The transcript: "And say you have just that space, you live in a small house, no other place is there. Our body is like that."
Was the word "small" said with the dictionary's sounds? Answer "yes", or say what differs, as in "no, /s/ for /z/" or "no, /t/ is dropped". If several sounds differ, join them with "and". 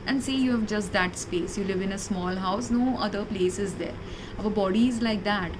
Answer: yes